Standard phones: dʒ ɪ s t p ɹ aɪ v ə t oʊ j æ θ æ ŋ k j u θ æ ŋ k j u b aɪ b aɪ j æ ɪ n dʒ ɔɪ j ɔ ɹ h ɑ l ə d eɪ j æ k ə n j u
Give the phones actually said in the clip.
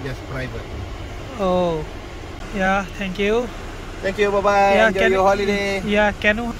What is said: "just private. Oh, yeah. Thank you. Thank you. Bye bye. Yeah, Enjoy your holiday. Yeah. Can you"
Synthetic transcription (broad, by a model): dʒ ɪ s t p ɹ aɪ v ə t oʊ j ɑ t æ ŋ k j u t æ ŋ k j u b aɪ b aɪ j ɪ dʒ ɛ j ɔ h ɑ l ə d eɪ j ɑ k ə n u